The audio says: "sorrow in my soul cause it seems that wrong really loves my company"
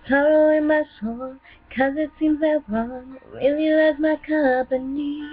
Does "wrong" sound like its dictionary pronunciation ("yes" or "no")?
no